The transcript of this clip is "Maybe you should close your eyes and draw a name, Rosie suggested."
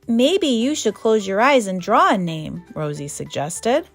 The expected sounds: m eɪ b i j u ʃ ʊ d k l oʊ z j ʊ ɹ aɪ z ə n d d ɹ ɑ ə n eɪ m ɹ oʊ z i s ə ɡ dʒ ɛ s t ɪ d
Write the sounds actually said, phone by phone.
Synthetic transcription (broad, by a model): m eɪ b i j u ʃ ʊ d k l oʊ z j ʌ ɹ aɪ z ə n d d ɹ ɑ ə n eɪ m ɹ oʊ z i s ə ɡ dʒ ɛ s t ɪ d